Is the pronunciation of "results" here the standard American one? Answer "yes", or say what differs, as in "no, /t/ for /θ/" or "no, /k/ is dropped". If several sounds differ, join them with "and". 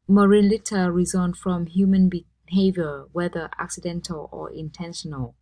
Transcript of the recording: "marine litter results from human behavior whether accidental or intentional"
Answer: no, /n/ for /l/ and /s/ is dropped